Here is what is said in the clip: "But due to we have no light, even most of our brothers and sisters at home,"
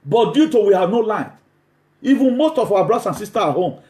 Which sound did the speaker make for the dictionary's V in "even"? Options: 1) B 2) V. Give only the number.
2